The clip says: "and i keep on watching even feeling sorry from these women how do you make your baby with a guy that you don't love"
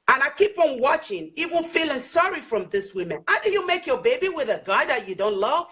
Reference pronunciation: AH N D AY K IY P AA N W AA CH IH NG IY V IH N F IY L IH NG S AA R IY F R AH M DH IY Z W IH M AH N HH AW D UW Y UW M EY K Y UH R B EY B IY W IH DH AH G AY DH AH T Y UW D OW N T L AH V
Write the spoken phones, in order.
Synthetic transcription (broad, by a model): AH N AY K IY P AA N W AA CH IH NG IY W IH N F IY L IH NG S AA R IY F R AH M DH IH S W IH M AH N HH AW D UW Y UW M EY K Y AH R B EY B IY W IH DH AH G AY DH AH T Y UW D OW N T L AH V